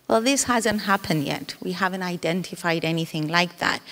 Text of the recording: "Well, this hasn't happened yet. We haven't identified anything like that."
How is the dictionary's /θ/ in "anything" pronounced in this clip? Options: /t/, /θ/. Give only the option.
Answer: /θ/